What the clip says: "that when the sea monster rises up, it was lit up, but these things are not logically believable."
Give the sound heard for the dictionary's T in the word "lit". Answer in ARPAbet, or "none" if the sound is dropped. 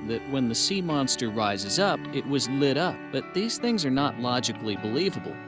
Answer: T